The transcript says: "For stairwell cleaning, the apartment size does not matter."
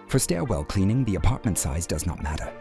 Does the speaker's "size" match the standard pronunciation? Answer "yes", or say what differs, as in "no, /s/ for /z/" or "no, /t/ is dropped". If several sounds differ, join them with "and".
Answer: yes